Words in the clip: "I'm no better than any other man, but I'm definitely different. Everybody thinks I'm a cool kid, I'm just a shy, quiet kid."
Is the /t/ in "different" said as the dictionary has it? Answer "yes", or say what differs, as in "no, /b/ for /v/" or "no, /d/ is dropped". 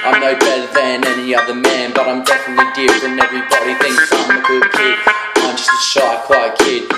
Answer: no, /t/ is dropped